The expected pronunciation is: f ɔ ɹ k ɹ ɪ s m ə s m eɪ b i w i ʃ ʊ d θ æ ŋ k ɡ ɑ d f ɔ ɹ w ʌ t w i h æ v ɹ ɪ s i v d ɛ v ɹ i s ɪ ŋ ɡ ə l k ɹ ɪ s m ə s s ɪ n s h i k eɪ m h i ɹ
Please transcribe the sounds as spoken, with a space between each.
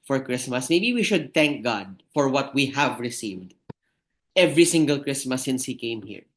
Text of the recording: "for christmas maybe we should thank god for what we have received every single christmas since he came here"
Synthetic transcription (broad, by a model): f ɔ ɹ k ɹ ɪ s m ə s m eɪ b i w i ʃ ʊ d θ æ ŋ k ɡ ɑ d f ɔ ɹ w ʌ t w i h æ v ɹ ɪ s i v d ɛ v ɹ i s ɪ ŋ ɡ ə l k ɹ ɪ s m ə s s ɪ n s h i k eɪ m h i ɹ